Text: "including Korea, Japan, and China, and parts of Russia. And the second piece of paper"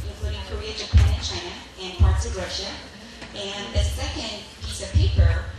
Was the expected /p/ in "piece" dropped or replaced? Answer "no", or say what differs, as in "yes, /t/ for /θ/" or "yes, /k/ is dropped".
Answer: no